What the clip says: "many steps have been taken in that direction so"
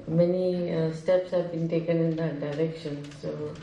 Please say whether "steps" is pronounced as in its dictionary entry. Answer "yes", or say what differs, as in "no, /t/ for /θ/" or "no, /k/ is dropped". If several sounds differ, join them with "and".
yes